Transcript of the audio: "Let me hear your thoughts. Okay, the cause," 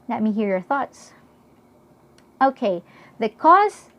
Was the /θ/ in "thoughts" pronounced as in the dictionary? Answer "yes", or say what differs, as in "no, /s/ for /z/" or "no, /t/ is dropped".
yes